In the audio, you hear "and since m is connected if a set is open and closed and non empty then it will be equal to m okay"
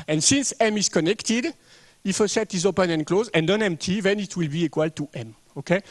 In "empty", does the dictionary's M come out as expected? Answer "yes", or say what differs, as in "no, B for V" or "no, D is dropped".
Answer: yes